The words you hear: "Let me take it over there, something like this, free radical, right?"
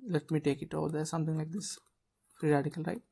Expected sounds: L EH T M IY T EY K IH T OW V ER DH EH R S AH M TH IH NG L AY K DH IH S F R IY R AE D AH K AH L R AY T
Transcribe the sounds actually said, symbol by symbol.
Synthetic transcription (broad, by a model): L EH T M IY T EY K IH T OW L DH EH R S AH M T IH NG L AY K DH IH S P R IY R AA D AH K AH L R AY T